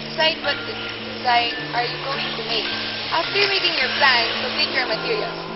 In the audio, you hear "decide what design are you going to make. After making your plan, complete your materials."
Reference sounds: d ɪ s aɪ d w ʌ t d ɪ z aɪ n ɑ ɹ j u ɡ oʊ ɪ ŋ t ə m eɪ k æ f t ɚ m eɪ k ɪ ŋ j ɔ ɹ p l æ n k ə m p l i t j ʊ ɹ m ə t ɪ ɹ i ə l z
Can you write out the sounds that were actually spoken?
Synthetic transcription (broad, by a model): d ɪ s aɪ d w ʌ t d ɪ s aɪ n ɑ ɹ j u ɡ oʊ ɪ ŋ t ə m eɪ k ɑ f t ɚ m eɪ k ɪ ŋ j ɔ ɹ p l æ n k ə p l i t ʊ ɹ m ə t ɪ ɹ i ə l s